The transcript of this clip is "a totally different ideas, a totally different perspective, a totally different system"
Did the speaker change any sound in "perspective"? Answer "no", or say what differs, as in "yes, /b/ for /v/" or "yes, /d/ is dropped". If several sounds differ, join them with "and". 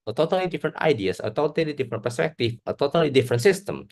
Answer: yes, /f/ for /v/